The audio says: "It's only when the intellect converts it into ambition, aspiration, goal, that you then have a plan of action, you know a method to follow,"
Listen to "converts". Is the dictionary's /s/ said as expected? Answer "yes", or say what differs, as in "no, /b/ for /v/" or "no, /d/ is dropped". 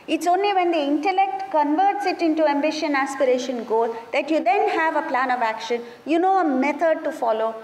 yes